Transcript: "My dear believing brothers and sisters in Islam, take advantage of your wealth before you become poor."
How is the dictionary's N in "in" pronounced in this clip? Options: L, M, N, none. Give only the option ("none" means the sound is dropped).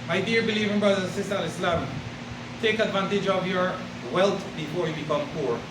L